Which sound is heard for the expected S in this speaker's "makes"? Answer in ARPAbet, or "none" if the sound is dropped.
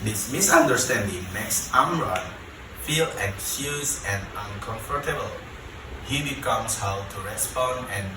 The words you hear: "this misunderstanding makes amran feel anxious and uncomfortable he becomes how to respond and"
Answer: S